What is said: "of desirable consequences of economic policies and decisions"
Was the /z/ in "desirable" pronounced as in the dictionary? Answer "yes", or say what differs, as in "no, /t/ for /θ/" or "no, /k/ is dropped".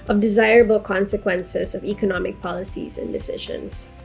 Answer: yes